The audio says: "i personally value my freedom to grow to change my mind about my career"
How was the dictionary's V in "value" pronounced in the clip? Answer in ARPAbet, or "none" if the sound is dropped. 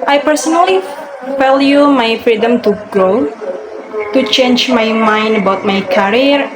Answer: F